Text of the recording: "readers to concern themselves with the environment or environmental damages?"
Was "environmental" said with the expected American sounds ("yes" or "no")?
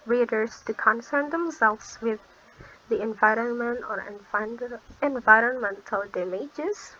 yes